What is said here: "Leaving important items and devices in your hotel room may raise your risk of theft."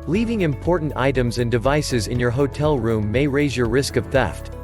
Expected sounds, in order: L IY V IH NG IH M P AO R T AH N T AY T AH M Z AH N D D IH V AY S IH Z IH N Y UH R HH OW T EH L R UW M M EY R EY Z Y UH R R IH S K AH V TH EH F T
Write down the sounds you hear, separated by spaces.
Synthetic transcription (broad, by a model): L IY V IH NG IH M P AO R T N T AY T AH M Z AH N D D IH V AY S IH Z IH N Y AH R HH OW T EH L R UW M M EY R EY Z Y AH R R IH S K AH V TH EH F T